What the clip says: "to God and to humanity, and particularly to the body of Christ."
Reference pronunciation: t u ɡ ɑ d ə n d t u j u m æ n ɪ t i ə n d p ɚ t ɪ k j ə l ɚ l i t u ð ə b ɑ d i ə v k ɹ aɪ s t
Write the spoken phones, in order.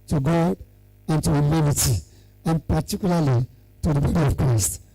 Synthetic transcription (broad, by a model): t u ɡ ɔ ə n t u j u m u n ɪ t i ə n p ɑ t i k j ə l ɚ l i t u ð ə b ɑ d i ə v k ɹ aɪ s t